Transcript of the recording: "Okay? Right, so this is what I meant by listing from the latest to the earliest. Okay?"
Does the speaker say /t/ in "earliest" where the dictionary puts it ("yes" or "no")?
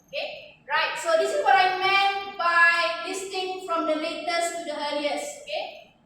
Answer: no